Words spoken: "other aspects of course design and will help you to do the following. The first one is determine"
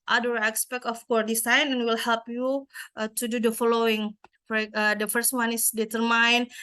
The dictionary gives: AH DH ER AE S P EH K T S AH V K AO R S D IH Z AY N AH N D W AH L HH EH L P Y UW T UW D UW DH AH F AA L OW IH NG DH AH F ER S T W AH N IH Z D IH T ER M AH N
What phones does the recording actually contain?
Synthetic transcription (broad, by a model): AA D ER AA S P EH K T AH F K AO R D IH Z AY N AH N W AH L HH EH L P Y UW T UW D UW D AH F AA L OW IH NG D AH F ER S T W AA N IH S D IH T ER M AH N